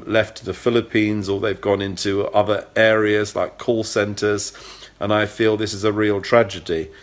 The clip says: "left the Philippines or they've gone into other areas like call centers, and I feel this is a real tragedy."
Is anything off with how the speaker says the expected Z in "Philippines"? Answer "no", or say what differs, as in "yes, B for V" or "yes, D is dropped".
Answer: no